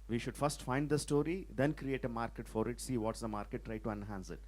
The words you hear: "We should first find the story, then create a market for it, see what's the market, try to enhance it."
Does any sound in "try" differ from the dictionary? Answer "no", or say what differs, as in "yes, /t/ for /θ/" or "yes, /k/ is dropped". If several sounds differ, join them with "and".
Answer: no